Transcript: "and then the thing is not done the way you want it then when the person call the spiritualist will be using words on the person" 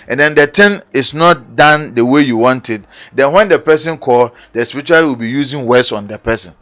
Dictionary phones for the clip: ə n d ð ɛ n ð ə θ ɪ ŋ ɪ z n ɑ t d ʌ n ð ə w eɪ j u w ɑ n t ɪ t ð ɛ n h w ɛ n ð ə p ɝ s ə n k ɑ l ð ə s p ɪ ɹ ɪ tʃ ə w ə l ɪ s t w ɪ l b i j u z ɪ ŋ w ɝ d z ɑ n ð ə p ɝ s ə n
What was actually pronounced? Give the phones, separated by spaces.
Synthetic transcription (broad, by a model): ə n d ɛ n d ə t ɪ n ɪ s n ɑ t d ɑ n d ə w eɪ j u w ɑ n t ɪ t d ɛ n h w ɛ n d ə p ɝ s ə n k ɑ l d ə s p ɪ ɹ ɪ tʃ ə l w ɪ l b i j u z ɪ ŋ w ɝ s ɑ n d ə p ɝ s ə n